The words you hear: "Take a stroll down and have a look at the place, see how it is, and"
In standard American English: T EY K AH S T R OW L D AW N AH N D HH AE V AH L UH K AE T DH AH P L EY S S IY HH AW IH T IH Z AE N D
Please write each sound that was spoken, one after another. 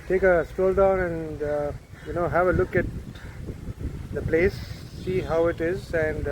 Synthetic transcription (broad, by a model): T EY K AH S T OW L D AW N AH N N HH AE V AH L UH K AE T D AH P L EY S S IY HH AW IH T IH Z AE N D